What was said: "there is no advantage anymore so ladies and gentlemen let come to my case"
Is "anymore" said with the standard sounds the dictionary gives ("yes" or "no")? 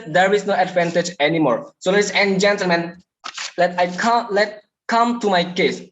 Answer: yes